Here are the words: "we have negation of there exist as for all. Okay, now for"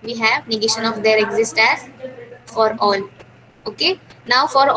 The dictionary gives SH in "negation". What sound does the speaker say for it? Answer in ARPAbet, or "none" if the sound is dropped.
SH